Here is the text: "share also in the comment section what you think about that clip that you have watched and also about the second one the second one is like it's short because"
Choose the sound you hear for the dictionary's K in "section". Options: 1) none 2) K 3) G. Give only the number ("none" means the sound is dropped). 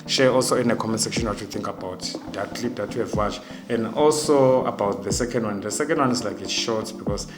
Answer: 2